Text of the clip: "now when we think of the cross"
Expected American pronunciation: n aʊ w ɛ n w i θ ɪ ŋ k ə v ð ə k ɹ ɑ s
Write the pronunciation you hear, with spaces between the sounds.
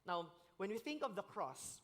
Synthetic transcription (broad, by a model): n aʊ w ɛ n w i θ ɪ ŋ k ə v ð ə k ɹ ɑ s